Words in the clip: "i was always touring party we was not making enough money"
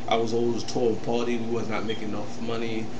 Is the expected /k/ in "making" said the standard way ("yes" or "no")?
no